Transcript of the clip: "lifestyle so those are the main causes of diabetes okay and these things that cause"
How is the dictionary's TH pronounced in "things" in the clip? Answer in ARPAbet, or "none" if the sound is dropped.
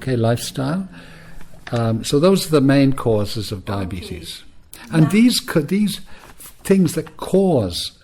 TH